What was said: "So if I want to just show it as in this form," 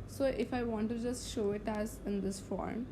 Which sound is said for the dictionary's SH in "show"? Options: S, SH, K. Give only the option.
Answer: SH